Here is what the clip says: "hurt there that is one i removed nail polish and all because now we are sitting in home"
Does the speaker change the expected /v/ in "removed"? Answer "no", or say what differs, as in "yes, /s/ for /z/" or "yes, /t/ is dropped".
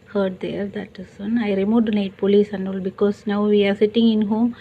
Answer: yes, /v/ is dropped